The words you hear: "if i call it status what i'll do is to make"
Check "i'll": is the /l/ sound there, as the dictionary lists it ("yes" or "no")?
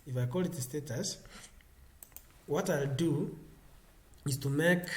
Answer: yes